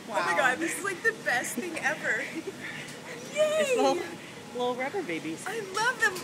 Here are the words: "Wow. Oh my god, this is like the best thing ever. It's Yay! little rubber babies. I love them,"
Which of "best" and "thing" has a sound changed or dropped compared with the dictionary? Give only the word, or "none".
none